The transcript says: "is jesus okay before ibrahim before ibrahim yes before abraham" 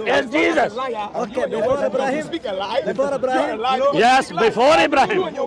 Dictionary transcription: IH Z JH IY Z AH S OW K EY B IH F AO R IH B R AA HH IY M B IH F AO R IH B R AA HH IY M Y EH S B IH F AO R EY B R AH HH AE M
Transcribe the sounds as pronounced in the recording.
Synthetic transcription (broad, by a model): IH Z JH IY Z AH S OW K EY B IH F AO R IH B R AA HH IY M B IH F AO R IH B R AA HH IY M Y EH S B IH F AO R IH B R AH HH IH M